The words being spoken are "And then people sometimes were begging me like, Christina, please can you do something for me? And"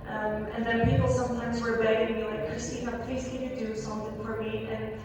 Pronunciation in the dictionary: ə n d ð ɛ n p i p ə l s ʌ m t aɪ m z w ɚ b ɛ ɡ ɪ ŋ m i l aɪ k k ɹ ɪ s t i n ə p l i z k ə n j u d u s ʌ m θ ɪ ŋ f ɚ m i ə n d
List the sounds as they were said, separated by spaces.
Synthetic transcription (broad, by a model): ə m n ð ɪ n p i p l s ʌ m t aɪ m z w ɚ b ɛ ɡ ɪ ŋ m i l aɪ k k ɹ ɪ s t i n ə p l i z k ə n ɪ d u s ʌ m θ ɪ ŋ f ɚ m i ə n